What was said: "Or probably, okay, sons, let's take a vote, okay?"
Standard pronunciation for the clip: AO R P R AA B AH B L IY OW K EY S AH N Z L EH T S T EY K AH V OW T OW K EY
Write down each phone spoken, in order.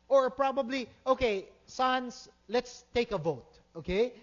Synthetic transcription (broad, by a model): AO R P R AA B AH B L IY OW K EY S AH N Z L EH T S T EY K AH V OW T OW K EY